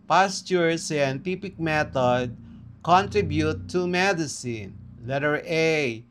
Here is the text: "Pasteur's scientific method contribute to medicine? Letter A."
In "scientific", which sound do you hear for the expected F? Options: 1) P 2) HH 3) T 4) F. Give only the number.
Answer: 1